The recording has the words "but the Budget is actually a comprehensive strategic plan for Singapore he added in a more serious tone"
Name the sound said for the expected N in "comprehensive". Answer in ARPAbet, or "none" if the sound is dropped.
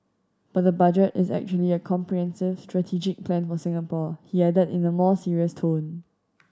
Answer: N